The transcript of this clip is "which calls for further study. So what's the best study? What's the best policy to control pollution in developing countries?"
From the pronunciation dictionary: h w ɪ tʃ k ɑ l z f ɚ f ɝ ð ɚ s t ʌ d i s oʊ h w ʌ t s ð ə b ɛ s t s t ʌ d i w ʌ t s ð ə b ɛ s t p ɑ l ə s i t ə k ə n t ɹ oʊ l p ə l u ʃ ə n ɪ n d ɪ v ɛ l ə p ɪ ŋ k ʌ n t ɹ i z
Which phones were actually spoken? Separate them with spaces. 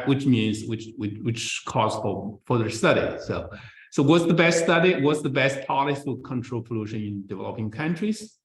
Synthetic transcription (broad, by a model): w w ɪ tʃ k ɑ z f ɚ f ɝ ð ɚ s t ʌ d i s oʊ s w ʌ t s ð ə b ɛ s t s t ʌ d i w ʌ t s ð ə b ɛ s t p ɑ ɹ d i s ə k ə n t ɹ oʊ l p ə l u ʃ ə n ɪ n d ɪ v ɛ l ə p ɪ ŋ k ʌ n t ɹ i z